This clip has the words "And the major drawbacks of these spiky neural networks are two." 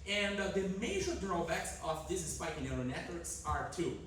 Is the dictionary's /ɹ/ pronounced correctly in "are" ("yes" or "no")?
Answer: yes